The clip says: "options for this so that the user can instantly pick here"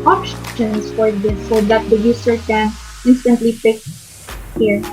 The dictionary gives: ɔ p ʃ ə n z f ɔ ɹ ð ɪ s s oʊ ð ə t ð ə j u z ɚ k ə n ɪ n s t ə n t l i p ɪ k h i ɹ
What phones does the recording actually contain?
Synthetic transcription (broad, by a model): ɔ p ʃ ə n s f ɔ ɹ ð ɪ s s oʊ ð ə t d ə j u s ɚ k ə n ɪ n s t ə n t l i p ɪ k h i ɹ